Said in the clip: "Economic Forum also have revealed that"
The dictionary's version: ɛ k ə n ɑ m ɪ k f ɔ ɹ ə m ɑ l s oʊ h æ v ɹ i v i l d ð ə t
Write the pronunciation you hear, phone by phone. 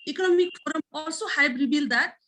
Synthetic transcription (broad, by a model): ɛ k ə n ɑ m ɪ k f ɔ ɹ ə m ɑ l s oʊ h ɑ b ɹ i b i l d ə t